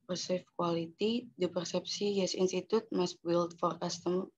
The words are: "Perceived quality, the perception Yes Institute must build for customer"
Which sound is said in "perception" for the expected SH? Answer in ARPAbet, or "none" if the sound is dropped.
S